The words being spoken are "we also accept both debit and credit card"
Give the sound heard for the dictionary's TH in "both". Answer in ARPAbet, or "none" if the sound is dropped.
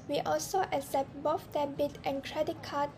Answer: F